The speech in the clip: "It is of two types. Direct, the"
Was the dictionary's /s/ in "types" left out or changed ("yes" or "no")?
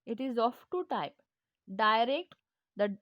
yes